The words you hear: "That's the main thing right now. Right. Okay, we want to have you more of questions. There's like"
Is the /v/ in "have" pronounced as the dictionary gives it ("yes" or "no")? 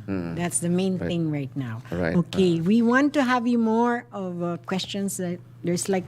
yes